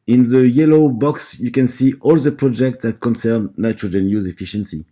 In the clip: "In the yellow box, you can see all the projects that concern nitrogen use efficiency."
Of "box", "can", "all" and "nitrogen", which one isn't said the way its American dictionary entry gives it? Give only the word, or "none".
none